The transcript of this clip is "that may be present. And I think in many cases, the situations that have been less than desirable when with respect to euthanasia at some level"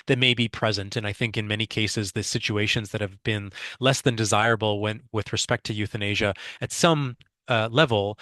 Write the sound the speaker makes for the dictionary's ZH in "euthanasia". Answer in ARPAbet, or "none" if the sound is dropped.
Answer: ZH